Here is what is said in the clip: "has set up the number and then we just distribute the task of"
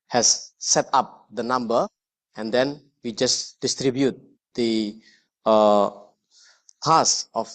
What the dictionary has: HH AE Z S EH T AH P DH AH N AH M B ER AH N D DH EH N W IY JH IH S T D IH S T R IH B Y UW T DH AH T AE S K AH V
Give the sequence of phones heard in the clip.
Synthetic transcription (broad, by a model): HH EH S EH T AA P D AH N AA M B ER AH N D EH N W IY JH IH S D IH S T R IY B Y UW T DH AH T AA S AH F